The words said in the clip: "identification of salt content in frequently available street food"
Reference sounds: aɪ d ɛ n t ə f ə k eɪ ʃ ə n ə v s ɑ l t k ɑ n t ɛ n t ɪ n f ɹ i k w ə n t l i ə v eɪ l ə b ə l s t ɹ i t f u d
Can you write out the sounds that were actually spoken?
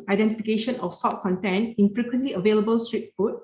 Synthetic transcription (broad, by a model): aɪ d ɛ n t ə f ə k eɪ ʃ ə n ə f s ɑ t k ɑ n t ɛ n ɪ n f ɹ i k w ə n t l i ə v eɪ l ə b ə l s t ɹ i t f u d